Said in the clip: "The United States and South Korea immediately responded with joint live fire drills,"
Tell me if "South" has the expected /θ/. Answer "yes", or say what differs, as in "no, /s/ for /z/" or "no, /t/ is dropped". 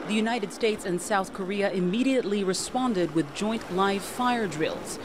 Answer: yes